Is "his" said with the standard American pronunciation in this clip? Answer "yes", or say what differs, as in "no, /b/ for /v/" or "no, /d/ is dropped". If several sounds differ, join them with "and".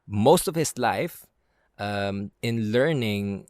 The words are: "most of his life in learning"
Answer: no, /s/ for /z/